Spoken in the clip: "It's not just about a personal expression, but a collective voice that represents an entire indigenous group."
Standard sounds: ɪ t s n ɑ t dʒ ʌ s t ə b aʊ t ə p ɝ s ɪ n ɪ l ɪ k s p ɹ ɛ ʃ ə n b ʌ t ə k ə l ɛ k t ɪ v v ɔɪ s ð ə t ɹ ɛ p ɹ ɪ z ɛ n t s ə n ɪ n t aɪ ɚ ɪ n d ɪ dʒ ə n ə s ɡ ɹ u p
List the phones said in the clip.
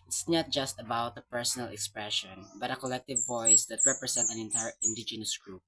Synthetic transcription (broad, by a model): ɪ t s n ɑ t dʒ ʌ s t ə b aʊ t ə p ɝ s ɪ n ɪ l ɪ k s p ɹ ɛ ʃ ə n b ʌ t ə k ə l ɛ k t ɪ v v ɔɪ s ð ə t ɹ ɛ p ɹ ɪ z ɛ n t ə n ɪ n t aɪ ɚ ɪ n d ɪ dʒ ə n ə s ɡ ɹ u p